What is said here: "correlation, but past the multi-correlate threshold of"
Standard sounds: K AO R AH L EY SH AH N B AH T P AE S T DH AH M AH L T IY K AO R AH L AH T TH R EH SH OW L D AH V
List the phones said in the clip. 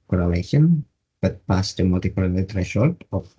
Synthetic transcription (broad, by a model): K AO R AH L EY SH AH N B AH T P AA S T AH M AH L T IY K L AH N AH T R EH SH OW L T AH